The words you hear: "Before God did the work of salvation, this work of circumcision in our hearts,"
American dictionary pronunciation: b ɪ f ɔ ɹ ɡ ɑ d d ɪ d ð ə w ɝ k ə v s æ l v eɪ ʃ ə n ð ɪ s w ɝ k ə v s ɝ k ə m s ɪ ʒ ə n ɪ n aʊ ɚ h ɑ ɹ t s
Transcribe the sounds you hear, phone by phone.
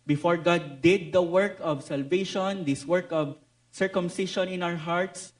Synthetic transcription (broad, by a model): b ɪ f ɔ ɹ ɡ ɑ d d ɪ d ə w ɝ k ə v s æ l v eɪ ʃ ə n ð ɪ s w ɝ k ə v s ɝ k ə m s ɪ ʃ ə n ɪ n aʊ ɚ h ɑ ɹ t s